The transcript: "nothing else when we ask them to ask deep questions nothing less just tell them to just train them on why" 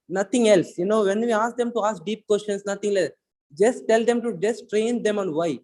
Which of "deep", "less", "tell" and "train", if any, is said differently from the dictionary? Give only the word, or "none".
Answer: less